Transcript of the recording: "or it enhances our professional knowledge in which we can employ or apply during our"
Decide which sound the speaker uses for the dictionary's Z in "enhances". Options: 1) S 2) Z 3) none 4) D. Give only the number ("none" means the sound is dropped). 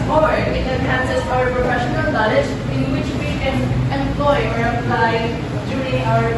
1